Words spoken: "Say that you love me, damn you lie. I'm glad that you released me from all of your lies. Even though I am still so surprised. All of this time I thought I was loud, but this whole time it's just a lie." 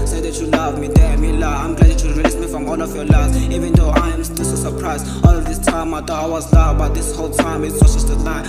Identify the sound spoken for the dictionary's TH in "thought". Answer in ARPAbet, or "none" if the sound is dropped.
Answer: T